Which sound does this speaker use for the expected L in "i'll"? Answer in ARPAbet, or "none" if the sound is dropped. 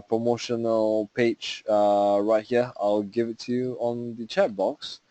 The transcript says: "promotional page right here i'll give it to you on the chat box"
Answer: L